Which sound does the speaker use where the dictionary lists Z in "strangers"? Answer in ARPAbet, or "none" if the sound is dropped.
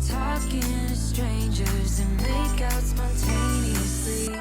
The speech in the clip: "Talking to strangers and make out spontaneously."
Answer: Z